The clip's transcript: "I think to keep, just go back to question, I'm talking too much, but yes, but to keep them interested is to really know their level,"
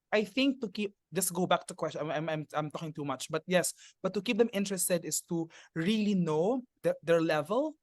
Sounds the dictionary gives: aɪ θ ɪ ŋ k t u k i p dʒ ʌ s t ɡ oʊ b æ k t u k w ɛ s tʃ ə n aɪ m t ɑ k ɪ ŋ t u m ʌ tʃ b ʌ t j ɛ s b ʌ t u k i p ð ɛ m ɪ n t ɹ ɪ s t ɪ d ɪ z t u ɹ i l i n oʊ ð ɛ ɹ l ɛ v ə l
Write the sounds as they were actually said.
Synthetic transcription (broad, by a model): aɪ θ ɪ ŋ k t u k i p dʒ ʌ s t ɡ oʊ b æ k t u k w ɛ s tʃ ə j aɪ m t ɑ k ɪ ŋ t u m ʌ tʃ b ʌ t j ɛ s b ʌ t u k i p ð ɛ m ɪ n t ɹ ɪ s t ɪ d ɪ s t u ɹ i l i n oʊ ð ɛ ɹ l ɛ v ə l